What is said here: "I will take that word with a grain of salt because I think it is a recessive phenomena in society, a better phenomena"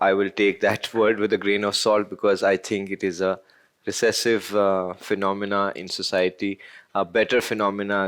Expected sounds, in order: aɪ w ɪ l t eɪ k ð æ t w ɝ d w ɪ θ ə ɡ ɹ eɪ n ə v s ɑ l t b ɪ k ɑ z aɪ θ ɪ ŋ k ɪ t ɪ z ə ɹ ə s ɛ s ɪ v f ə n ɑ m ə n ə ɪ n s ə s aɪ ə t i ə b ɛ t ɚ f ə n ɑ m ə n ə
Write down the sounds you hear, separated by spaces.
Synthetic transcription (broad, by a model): aɪ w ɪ l t eɪ k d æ t w ɝ d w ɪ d ə ɡ ɹ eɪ n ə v s ɑ l t b ɪ k ɑ z aɪ t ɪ ŋ k ɪ t ɪ z ə ɹ ə s ɛ s ɪ v f ə n ɑ m ə n ə ɪ n s ə s aɪ ə t i ə b ɛ t ɚ f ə n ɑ m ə n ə